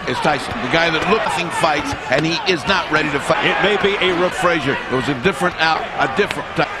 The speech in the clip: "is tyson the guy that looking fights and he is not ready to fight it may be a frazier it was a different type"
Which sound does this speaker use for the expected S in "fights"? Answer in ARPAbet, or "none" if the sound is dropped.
S